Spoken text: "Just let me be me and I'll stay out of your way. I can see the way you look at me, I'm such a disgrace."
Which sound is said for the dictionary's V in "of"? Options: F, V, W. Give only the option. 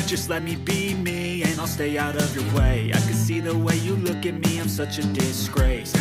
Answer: V